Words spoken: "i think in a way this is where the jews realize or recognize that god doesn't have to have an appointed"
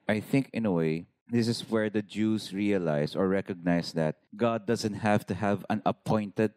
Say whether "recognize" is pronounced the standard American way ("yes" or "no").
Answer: no